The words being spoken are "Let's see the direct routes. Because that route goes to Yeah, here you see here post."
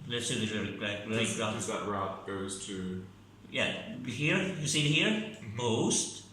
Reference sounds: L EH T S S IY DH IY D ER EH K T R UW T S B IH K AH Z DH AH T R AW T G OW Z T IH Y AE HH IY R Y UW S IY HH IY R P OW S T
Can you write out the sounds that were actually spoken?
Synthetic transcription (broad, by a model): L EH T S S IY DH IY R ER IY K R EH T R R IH AH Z DH AH T R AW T G OW Z T IH Y AE HH IY R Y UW S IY HH IY R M OW S T